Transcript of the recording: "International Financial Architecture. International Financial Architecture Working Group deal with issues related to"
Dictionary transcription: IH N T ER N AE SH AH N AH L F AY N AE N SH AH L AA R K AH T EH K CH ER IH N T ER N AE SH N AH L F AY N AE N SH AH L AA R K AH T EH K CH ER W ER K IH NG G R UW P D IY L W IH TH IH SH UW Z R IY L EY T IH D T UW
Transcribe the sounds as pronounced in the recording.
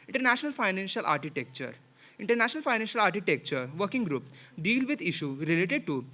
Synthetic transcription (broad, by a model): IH N T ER N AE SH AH N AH L F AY N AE N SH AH L AA R K AH T EH K CH ER IH N T ER N AE SH N AH L F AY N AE N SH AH L AA R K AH T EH K CH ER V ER K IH NG G R UW P D IY L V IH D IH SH UW R IY L EY T IH D T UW